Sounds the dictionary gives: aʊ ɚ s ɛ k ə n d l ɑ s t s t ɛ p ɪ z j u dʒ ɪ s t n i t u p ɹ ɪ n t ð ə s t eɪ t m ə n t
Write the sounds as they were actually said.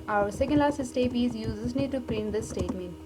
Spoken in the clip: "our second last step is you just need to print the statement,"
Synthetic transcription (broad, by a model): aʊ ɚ s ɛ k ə n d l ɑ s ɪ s t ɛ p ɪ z j u z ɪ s n i t u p ɹ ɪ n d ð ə s t eɪ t m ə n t